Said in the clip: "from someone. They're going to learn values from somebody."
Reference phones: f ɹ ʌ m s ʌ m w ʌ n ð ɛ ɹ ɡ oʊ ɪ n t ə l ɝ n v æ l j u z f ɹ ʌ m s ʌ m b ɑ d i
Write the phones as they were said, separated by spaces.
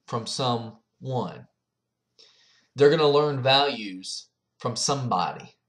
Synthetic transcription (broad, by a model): f ɹ ʌ m s ʌ m w ʌ n ð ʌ ɹ ɡ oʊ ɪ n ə l ɝ n v æ l j u z f ɹ ʌ m s ʌ m b ɑ d i